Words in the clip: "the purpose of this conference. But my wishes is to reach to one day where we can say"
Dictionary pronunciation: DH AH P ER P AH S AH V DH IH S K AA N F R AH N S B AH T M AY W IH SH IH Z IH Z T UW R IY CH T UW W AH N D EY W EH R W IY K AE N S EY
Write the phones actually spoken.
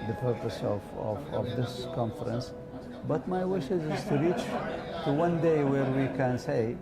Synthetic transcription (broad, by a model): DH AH P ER P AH S AH V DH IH S K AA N F R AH N S B AH T M AY W IH SH IH Z IH Z T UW R IY CH T UW W AH N D EY W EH R W IY K AE N S EY